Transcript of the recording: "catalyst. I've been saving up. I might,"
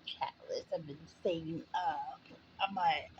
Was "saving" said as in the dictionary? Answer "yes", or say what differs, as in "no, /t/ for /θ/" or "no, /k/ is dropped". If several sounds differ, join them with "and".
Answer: no, /v/ is dropped